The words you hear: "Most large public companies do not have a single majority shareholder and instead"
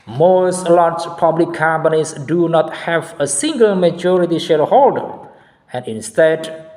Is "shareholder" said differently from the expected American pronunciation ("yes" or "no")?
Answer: no